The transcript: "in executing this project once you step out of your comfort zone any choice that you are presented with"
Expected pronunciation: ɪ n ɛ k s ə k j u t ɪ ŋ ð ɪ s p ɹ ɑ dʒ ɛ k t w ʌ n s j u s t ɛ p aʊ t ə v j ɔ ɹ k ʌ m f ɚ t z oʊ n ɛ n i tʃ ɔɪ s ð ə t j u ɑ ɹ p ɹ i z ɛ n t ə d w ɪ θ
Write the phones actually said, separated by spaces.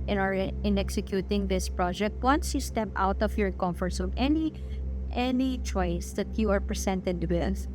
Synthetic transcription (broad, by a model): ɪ n ɛ k s ə k j u t ɪ ŋ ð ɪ s p ɹ ɑ dʒ ɛ k t w ʌ n s j u s t ɛ p aʊ t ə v j ɔ ɹ k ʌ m f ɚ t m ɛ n ɛ n i tʃ ɔɪ s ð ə t j u ɑ ɹ p ɹ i s ɛ n t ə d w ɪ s